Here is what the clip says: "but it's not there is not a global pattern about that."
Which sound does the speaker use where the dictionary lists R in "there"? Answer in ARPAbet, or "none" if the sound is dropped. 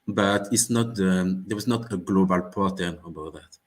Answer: W